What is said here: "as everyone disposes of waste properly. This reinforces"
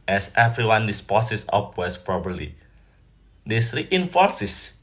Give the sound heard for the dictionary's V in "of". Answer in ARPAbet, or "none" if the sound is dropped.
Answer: P